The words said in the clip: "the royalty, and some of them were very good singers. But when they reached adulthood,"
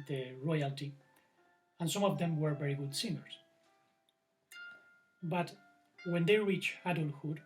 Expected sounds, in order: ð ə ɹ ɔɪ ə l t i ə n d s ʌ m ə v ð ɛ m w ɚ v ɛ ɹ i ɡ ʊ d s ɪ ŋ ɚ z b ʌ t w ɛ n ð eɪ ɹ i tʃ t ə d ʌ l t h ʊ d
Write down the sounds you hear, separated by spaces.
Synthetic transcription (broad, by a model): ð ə ɹ ɔɪ ə l t i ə n s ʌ m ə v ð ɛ m w ɚ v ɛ ɹ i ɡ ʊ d s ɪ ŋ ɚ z b ʌ t w ɛ n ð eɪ ɹ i tʃ ə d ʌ l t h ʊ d